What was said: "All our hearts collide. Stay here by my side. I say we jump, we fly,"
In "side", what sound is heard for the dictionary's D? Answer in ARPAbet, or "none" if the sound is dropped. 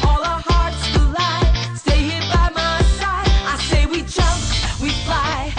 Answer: none